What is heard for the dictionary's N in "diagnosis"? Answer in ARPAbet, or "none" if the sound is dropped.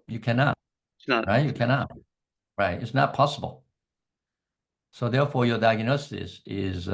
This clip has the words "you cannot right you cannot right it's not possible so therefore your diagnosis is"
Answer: N